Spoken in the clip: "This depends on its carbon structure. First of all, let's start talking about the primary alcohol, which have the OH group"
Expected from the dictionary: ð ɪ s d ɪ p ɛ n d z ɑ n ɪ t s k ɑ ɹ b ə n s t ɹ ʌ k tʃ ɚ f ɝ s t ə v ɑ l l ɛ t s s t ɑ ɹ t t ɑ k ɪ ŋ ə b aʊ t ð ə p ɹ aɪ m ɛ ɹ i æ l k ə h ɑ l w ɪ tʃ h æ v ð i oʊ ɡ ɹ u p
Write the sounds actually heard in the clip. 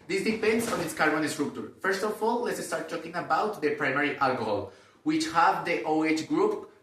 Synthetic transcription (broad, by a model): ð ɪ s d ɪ p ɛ n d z ɑ n ɪ t s k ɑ ɹ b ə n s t ɹ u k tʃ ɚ f ɝ s t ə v ɑ l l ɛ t s s t ɑ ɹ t t ɑ k ɪ ŋ ə b aʊ t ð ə p ɹ aɪ m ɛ ɹ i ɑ l k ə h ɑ l w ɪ tʃ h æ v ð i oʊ ɡ ɹ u p